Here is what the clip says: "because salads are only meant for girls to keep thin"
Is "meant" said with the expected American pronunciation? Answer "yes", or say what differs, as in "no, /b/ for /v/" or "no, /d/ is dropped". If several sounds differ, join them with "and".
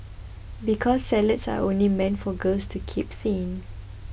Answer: yes